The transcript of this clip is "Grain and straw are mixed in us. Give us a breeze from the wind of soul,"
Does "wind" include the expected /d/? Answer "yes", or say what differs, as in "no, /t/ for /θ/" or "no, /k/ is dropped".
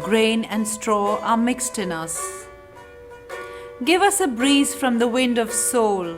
yes